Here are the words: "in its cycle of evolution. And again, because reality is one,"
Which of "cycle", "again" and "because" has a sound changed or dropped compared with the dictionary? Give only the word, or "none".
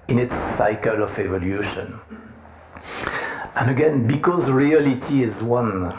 none